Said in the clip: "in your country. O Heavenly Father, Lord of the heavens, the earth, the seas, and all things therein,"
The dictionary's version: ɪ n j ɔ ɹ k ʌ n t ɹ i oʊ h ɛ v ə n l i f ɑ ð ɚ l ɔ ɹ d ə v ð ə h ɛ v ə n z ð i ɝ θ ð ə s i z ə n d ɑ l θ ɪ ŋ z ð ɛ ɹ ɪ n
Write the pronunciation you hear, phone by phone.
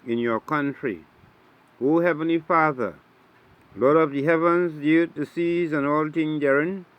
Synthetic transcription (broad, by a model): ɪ n j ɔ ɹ k ʌ n t ɹ i oʊ h ɛ v ə n l i f ɑ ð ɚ l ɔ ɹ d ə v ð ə h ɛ v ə n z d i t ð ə s i z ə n ɑ l t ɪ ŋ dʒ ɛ ɹ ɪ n